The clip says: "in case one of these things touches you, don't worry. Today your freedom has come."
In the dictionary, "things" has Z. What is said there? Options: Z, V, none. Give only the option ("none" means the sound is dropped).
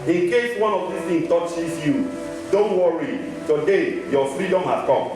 none